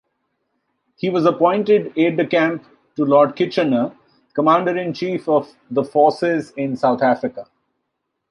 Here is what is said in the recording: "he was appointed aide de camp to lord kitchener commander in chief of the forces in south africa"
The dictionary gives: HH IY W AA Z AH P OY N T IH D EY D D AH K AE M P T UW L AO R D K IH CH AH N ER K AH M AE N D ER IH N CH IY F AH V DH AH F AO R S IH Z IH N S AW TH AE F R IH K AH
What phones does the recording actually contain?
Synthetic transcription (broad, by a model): HH IY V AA Z AH P OY N T IH D EY D D AH K AE M P T UW L AO R D K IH CH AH N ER K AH M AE N D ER IH N CH IY F AH V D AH F AO R S IH Z IH N S AW T AE F R IH K AH